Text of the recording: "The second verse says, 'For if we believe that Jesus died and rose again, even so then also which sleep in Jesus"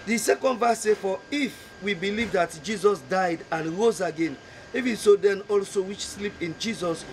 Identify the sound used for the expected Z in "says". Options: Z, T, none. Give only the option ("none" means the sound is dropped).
none